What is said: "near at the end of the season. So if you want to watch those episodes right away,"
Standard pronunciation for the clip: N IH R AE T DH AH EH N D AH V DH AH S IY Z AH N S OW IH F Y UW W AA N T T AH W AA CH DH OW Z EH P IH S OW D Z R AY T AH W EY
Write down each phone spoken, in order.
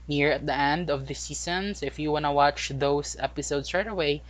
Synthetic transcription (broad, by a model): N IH R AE T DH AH EH N D AH V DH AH S IY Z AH N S IH F Y UW W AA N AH W AA CH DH OW S EH P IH S OW D S R AY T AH W EY